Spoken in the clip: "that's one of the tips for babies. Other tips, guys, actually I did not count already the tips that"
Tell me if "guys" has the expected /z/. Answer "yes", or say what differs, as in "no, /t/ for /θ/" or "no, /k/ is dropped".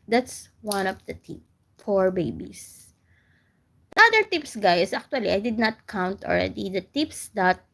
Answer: no, /s/ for /z/